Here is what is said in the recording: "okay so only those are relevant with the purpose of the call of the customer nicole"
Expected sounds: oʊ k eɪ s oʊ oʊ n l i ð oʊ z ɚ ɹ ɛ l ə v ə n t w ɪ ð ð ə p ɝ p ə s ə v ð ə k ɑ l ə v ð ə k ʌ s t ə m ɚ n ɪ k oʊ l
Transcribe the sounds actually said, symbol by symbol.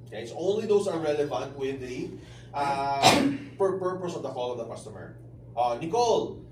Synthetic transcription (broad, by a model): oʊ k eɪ s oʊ oʊ n l i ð oʊ s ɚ ɹ ɛ l ə v ə n t w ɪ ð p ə p ɝ p ə s ə v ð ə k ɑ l ə v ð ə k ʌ s t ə m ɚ n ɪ k oʊ l